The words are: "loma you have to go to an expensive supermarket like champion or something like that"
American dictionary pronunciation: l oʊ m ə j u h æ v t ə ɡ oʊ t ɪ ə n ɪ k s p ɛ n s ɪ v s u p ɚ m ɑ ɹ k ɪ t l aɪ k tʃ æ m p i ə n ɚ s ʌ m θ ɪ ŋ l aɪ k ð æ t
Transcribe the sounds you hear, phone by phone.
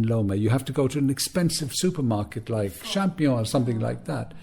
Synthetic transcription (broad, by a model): l oʊ m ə j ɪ h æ f t ə ɡ oʊ t ɪ ə n ɪ k s p ɛ n s ɪ v s u p ɚ m ɑ ɹ k ɪ t l aɪ k ʃ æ m p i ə ɚ s ʌ m θ ɪ ŋ l aɪ k ð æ t